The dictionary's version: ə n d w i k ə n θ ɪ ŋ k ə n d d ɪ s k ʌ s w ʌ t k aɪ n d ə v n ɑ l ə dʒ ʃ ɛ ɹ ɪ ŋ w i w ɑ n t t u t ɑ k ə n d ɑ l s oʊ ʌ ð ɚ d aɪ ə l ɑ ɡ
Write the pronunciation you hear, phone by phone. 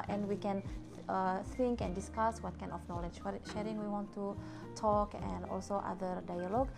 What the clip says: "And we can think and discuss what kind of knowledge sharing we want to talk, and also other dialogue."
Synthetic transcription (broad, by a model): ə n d w i k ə n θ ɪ ŋ k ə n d d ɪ s k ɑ s w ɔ t k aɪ n ə f n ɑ l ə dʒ ʃ ɛ ɹ ɪ ŋ w i w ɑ n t t u t ɑ k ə n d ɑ l s oʊ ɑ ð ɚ d aɪ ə l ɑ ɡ